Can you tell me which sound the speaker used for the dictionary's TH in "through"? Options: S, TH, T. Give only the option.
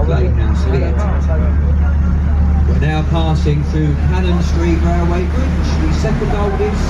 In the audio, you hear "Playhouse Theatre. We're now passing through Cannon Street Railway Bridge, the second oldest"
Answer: TH